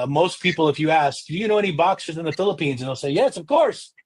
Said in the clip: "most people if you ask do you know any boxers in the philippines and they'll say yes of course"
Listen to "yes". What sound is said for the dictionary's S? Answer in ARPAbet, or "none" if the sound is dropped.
S